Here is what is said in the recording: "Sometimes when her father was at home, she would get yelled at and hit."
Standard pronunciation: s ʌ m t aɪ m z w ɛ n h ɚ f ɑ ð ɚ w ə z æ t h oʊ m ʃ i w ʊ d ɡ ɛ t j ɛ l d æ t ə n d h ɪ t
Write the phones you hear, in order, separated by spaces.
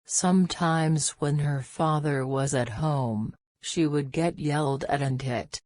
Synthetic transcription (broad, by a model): s ʌ m t aɪ m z w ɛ n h ɚ f ɑ ð ɚ w ə z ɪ t h oʊ m ʃ i w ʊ d ɡ ɛ t j ɛ l d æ t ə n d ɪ t